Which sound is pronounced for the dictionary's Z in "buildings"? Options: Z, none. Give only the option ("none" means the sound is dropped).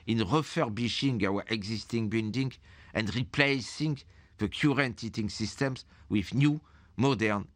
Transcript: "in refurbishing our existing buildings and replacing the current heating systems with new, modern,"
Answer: none